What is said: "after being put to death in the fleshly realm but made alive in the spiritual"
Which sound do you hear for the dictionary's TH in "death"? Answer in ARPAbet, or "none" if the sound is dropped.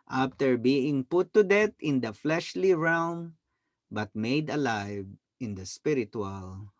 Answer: T